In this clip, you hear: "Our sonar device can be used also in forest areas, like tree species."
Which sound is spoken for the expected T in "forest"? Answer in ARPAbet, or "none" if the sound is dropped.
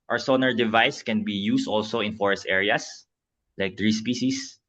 T